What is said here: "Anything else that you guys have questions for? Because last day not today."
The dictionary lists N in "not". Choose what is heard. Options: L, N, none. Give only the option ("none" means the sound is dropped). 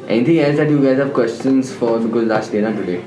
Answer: L